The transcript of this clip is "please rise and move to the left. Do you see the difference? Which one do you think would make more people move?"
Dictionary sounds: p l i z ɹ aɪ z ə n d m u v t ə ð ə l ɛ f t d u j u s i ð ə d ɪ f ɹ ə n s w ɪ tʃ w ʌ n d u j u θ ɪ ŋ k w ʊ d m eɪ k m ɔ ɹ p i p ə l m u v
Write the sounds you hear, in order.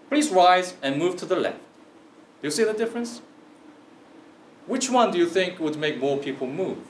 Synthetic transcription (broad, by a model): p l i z ɹ aɪ z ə n m u v t ə ð ə l ɛ f t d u j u s i ð ə d ɪ f ɹ ə n s w ɪ tʃ w ʌ n d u j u θ ɪ ŋ k w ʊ d m eɪ k m ɔ ɹ p i p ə l m u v